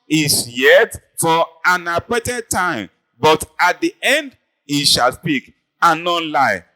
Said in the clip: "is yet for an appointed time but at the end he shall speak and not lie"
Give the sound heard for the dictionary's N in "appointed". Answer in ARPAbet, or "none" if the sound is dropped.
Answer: none